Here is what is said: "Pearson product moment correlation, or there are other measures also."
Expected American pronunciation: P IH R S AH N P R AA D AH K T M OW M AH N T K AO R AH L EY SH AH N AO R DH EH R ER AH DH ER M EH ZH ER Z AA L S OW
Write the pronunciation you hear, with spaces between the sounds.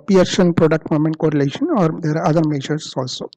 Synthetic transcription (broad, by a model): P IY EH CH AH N P R AA D AH K T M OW M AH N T K AO R AH L EY SH AH N AO R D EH R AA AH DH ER M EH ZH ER S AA L S OW